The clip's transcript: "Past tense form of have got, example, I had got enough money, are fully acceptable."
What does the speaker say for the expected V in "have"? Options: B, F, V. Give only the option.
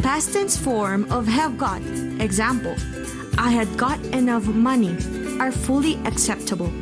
V